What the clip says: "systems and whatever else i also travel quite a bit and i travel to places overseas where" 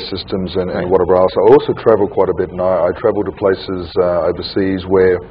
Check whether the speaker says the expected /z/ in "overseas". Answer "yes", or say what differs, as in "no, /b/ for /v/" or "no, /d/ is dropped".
yes